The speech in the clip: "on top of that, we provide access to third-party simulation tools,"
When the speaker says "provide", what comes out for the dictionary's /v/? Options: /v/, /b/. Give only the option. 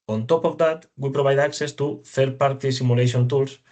/b/